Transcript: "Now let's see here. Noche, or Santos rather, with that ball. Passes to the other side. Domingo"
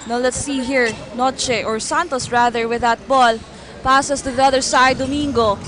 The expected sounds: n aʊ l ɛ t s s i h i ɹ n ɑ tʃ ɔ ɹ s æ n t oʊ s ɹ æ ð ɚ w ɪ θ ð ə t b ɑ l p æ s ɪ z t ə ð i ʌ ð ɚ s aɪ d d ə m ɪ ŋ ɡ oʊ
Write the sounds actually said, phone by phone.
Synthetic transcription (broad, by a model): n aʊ l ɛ t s s i h i ɹ n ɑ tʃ ɔ ɹ s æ n t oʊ s ɹ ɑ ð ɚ w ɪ ð ə t b ɑ l p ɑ s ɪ s t ə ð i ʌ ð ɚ s aɪ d d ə m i ŋ ɡ oʊ